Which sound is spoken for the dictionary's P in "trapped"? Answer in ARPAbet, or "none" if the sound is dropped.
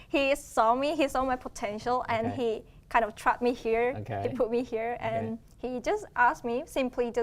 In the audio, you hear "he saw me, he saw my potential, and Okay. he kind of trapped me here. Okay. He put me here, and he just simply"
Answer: none